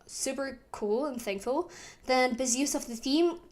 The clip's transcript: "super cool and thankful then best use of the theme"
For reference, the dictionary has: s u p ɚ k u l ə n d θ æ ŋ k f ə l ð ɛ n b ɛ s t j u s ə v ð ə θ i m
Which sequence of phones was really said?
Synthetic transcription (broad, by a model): s u p ɚ k u l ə n θ æ ŋ k f ə l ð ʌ n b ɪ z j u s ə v ð ə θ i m